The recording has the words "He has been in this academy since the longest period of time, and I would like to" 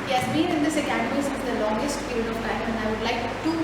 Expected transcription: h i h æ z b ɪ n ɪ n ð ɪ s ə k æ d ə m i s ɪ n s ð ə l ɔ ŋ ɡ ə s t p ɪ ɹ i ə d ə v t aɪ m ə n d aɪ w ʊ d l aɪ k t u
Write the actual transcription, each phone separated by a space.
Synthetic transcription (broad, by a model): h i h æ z b ɪ n ɪ n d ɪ s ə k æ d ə i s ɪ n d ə l ɔ ŋ ɡ ə s t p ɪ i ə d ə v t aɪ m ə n aɪ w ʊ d l aɪ k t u